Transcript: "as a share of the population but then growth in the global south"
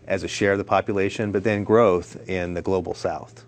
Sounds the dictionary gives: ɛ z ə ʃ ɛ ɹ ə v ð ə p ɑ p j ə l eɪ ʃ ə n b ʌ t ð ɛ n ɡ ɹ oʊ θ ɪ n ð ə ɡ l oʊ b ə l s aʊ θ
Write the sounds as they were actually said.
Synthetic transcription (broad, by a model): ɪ z ə ʃ ɛ ɹ ə v ð ə p ɑ p j ə l eɪ ʃ ə n b ʌ t ð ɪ n ɡ ɹ oʊ θ ɪ n ð ə ɡ l oʊ b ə l s aʊ θ